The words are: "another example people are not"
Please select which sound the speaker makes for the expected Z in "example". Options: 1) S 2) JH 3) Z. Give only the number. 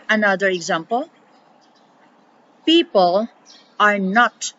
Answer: 3